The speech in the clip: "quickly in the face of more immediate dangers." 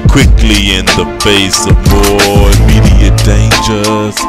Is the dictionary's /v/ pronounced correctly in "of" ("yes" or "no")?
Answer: yes